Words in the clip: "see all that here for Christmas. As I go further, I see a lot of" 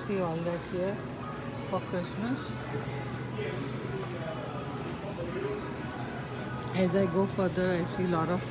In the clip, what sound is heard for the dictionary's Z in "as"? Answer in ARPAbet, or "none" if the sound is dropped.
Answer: Z